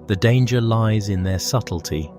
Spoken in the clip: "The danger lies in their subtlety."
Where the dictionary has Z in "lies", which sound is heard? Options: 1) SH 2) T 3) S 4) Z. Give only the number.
4